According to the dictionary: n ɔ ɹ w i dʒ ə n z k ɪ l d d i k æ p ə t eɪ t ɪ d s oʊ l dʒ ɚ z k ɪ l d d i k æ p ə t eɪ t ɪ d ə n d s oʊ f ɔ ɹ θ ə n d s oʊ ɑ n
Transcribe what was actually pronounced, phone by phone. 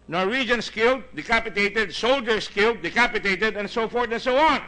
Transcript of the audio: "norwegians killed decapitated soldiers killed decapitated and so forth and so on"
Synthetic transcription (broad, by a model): n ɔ ɹ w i dʒ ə n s k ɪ l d d i k æ p ə t eɪ t ɪ d s oʊ l dʒ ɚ s k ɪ l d d i k æ p ə t eɪ t ɪ d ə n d s oʊ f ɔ ɹ t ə n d s oʊ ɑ n